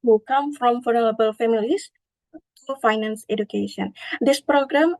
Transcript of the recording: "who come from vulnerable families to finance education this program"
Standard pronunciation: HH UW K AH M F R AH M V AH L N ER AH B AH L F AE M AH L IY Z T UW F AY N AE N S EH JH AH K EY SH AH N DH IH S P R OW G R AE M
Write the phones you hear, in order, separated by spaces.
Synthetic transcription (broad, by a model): HH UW K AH M F R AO M F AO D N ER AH B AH L F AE M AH L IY S T UW F AY N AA N S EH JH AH K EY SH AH N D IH S P R OW G R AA M